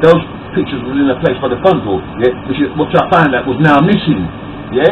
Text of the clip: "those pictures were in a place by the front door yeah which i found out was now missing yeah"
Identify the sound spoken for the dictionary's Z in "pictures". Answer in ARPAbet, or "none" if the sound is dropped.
Z